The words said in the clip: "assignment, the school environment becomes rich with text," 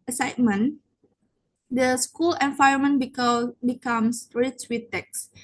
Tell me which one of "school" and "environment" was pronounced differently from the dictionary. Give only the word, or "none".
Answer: environment